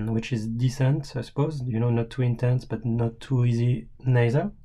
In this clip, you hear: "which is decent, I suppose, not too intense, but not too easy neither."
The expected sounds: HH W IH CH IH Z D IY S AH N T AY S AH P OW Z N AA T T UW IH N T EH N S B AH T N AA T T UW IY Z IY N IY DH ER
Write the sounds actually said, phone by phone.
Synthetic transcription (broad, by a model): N W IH CH IH Z D IY S AH N T AY S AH P OW Z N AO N T UW IH N T EH N S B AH T N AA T T UW IY Z IY N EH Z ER